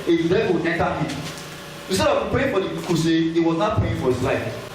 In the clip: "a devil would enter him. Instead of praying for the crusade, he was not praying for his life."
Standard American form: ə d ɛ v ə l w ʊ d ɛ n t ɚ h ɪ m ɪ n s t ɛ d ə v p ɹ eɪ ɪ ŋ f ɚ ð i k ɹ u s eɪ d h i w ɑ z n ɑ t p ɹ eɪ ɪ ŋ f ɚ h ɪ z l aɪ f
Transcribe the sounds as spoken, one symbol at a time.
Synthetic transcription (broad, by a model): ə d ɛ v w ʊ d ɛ n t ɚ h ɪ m ɪ n s t ɛ d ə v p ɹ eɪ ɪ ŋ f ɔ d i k u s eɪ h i w ɑ z n ɑ t p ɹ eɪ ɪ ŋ f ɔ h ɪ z l aɪ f